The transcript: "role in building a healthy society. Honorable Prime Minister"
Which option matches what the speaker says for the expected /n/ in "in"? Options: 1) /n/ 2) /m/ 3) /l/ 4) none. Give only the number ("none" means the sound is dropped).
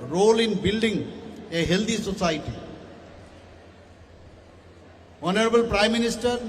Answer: 1